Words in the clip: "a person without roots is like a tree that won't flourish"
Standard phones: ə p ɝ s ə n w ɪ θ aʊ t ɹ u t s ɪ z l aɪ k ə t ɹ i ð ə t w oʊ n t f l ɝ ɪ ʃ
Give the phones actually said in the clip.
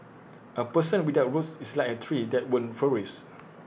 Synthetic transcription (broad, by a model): ə p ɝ s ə n w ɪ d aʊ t ɹ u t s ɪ s l aɪ k ə t ɹ i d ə t w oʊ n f ɝ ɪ s